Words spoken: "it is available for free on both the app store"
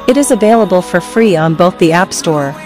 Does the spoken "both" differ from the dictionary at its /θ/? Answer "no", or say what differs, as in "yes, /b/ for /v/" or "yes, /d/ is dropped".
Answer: no